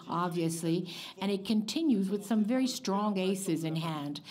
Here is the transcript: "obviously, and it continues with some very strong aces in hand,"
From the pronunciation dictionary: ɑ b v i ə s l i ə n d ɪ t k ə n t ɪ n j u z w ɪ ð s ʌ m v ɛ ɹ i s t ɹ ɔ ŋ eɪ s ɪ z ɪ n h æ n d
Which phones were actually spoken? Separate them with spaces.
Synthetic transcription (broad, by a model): ɑ b v i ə s l i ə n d ɪ t k ə n t ɪ n j u z w ɪ ð s ʌ m v ɛ ɹ i s t ɹ ɔ ŋ eɪ s ɪ z ɪ n h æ n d